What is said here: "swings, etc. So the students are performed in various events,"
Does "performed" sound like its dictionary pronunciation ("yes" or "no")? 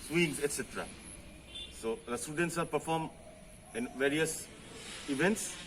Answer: no